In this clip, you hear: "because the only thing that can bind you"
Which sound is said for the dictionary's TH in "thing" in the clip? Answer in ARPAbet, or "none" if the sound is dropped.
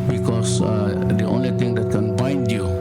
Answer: T